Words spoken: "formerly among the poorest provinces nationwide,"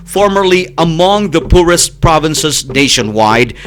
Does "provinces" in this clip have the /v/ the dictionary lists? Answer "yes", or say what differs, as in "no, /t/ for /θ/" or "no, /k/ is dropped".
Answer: yes